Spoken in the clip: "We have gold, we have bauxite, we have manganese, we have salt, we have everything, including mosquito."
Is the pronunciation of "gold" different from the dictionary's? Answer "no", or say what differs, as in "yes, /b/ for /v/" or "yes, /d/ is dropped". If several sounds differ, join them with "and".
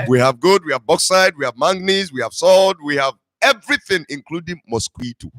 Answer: yes, /l/ is dropped